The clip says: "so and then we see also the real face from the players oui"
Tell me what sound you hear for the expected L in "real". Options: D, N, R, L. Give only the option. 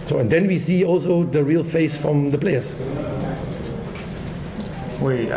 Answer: L